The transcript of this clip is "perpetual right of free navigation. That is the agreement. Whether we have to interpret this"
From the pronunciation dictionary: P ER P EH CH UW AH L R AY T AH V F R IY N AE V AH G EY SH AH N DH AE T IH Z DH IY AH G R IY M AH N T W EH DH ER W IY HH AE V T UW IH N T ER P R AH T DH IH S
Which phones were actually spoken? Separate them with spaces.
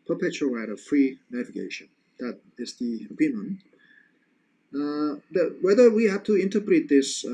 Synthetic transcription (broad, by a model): P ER P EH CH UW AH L R AY T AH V F R IY N AE V AH G EY SH AH N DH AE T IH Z DH IY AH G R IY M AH N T W EH DH ER W IY HH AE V T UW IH N T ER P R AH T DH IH S